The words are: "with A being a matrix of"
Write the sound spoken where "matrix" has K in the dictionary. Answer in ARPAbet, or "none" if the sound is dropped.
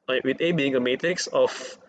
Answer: K